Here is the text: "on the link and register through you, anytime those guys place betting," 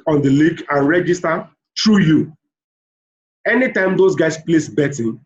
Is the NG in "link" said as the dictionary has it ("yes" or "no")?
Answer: no